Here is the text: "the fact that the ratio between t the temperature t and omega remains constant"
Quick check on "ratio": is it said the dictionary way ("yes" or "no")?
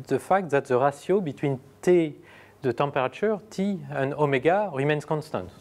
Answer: no